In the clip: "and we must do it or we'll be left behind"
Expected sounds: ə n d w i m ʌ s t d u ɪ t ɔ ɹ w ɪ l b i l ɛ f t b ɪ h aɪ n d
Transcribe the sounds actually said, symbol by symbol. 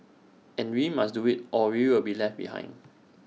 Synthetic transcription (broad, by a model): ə n w i m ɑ s d u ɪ t ɔ w w ɪ l b i l ɛ f t b ɪ h aɪ n d